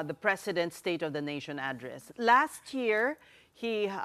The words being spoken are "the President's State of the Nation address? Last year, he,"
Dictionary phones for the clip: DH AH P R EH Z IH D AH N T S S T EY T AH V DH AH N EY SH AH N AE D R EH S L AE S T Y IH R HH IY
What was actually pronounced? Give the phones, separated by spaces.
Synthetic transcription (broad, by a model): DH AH P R EH S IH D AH N T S S T EY T AH V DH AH N EY SH AH N AE D R EH S L AE S T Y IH R HH IY